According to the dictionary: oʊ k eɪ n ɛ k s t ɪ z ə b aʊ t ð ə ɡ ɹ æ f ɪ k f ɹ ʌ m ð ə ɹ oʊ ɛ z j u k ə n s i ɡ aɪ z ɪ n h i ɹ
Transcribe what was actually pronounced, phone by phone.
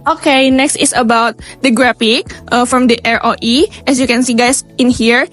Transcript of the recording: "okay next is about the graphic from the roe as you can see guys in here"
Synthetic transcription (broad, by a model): oʊ k eɪ n ɛ k s t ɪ s ə b aʊ t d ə ɡ ɹ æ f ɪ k f ɹ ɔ m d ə ɹ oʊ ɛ s j u k ə n s i ɡ aɪ s ɪ n h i ɹ